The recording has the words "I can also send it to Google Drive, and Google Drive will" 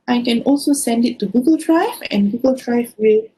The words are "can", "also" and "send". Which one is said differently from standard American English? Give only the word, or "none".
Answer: none